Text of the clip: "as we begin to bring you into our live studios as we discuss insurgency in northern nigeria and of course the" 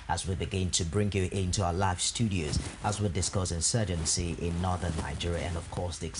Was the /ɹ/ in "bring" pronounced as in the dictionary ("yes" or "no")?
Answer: yes